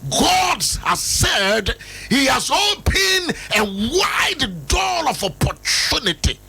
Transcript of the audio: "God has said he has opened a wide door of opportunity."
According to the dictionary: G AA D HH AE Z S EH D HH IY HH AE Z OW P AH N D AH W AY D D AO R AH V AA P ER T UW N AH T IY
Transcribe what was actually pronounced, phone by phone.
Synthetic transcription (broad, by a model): G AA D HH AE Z S EH D HH IY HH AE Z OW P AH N AH W AY D D AO L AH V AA P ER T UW N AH T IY